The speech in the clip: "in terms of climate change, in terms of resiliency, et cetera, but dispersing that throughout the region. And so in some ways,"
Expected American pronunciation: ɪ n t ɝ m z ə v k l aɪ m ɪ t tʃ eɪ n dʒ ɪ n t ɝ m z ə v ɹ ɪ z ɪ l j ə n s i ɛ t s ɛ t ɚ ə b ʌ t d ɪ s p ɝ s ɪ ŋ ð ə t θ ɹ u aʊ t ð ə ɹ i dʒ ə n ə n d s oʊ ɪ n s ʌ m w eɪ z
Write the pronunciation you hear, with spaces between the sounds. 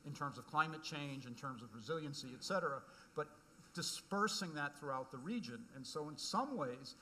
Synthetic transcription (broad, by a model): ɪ n t ɝ m z ə v k l aɪ m ɪ t tʃ eɪ n dʒ ɪ n t ɝ m z ə v ɹ ɪ z ɪ l j ə n s i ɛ t s ɛ t ɚ ə b ʌ t d ɪ s p ɝ s ɪ ŋ ð ə t θ ɹ u aʊ t ð ə ɹ i dʒ ə n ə n s oʊ ɪ n s ʌ m w eɪ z